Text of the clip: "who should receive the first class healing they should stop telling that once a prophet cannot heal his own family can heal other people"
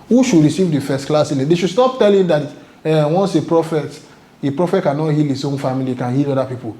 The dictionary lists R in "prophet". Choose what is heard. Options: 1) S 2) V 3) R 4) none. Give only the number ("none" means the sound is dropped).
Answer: 3